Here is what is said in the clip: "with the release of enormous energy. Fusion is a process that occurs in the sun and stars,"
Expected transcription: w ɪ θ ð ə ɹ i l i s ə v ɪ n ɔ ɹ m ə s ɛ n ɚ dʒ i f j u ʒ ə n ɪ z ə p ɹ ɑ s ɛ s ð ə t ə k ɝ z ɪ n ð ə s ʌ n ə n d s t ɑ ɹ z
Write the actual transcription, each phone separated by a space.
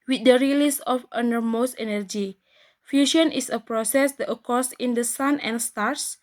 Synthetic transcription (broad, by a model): w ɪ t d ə ɹ i l i s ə f ɪ n ɔ ɹ m ə s ɛ n ɚ dʒ i f j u ʃ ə n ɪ s ə p ɹ ɑ s ɛ s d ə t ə k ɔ s ɪ n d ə s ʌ n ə n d s t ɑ ɹ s